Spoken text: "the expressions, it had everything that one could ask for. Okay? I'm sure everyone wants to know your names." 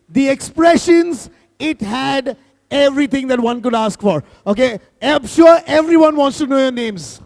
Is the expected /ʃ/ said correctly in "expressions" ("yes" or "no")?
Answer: yes